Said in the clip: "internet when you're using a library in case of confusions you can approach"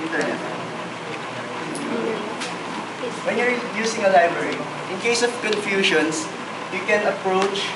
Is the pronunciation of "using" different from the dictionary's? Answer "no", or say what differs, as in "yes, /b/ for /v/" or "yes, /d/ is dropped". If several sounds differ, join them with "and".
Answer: yes, /s/ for /z/